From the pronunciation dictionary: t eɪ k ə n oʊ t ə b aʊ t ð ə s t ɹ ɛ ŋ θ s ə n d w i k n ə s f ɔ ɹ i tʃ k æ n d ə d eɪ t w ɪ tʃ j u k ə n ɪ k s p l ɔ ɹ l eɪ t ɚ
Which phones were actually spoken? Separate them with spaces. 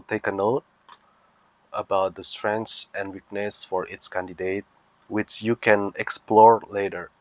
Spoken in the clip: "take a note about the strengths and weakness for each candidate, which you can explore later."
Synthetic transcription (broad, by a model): t eɪ k ə n oʊ t ə b aʊ t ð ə s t ɹ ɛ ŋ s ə n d w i k n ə s f ɔ ɹ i s k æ n d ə d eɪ t w ɪ tʃ j u k ə n ɪ k s p l ɔ ɹ l eɪ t ɚ